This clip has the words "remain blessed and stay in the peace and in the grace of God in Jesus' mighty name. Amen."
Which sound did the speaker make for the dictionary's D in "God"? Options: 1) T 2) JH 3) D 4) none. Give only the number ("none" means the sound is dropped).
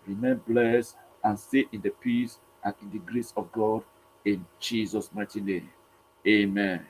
3